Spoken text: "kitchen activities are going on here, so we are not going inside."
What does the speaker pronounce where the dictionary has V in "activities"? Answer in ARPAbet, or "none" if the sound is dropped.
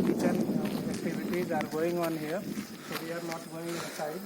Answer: B